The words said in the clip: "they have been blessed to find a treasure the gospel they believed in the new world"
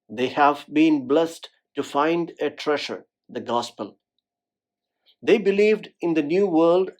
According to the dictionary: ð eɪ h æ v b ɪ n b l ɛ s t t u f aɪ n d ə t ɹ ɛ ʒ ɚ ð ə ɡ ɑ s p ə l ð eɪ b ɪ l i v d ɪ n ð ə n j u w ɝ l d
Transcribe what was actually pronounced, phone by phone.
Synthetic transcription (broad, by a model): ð eɪ h æ v b ɪ n b l ɛ s t t u f aɪ n d ə t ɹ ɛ ʃ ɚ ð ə ɡ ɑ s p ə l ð eɪ b ɪ l i v d ɪ n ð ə n j u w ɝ l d